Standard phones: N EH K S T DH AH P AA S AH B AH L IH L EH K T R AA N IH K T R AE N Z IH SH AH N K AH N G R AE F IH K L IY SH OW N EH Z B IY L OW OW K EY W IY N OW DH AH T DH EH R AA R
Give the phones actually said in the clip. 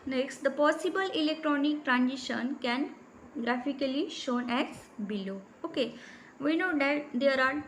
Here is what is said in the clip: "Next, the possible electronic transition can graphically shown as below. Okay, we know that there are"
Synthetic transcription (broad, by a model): N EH K S T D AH P AA S AH B AH L IH L EH K T R AA N IH K T R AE N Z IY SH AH N K AH N G R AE F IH K L IY SH OW N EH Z B IY L OW OW K EY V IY N OW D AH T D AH R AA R